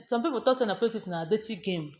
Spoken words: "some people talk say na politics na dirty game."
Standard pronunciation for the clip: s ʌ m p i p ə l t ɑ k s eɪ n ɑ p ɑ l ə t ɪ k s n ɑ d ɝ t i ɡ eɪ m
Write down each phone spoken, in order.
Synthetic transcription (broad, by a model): s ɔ m p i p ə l t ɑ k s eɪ n ɑ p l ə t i s n ɑ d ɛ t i ɡ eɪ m